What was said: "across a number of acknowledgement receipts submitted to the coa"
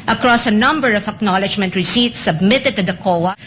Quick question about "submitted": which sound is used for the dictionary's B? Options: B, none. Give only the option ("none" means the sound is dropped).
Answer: B